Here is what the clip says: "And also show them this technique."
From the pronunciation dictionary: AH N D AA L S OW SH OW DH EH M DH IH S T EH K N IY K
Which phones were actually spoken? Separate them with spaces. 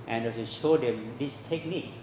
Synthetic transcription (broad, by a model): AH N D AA S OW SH OW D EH M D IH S T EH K N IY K